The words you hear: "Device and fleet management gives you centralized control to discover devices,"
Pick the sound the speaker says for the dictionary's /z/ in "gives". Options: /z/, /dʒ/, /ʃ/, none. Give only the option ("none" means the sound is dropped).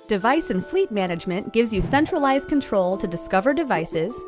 /z/